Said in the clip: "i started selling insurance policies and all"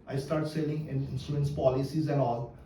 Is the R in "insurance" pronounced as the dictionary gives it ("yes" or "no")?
no